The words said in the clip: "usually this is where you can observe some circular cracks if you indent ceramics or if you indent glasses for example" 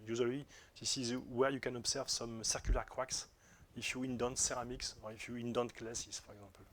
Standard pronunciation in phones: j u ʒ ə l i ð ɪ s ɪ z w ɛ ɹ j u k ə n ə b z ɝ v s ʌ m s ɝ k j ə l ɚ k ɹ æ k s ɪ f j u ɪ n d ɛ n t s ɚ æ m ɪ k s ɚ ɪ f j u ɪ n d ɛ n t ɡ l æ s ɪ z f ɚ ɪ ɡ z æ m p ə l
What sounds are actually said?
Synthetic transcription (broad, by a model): j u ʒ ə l i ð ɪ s ɪ z w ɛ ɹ j u k ə n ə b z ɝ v s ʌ m s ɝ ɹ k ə l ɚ k w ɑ k s ɪ f j u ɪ n d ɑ n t s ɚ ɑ m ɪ k s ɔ ɪ f j u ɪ n d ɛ n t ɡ l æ s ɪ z f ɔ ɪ ɡ z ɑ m p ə l